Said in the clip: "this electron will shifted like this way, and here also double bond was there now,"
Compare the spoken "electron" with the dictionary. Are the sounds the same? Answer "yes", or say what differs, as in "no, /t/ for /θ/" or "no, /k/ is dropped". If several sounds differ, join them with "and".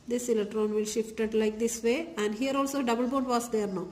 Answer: no, /k/ is dropped